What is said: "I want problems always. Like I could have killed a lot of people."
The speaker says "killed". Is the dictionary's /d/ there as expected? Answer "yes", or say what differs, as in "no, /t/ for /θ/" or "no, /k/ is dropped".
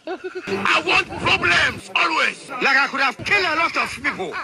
no, /d/ is dropped